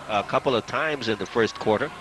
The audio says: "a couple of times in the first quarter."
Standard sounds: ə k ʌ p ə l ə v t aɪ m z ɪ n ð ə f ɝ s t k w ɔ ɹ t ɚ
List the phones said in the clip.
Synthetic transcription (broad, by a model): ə k ʌ p l ə v t aɪ m z ɪ n ð ə f ɝ s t k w ɔ ɹ t ɚ